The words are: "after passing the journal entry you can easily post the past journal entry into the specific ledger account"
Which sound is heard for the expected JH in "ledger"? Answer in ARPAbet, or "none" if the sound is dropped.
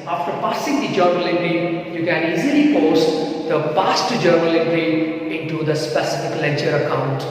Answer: CH